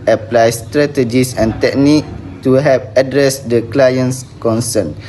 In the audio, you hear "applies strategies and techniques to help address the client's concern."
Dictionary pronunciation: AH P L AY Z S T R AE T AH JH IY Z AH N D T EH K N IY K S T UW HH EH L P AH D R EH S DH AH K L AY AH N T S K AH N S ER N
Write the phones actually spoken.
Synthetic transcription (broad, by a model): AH P L AY S T R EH T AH JH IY S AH N T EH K N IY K T UW HH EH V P AH D R EH S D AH K L AY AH N S K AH N S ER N